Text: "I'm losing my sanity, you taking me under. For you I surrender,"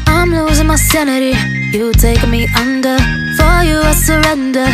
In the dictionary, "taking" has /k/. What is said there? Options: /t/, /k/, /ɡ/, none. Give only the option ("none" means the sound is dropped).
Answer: none